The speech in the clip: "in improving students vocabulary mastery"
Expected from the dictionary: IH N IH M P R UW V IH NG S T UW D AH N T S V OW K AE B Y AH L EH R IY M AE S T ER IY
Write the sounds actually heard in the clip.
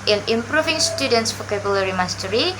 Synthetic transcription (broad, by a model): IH N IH M P R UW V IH NG S T UW D AH N T S F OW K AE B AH L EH R IY M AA S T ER IY